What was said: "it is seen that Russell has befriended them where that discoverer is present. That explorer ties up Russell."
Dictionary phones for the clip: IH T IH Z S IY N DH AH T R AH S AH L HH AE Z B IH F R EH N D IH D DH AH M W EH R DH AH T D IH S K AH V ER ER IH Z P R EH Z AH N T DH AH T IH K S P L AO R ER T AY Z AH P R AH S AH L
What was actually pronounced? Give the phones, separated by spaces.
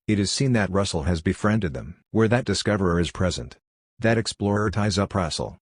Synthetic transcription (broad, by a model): IH T IH Z S IY N DH AH T R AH S L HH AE Z B IH F R EH N D IH D DH AH M W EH R DH AH T D IH S K AH V ER ER IH Z P R EH Z AH N T DH AH T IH K S P L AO R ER T AY Z AH P R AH S L